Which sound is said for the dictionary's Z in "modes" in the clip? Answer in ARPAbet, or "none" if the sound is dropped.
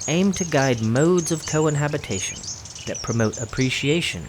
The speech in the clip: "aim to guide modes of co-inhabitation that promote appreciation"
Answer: Z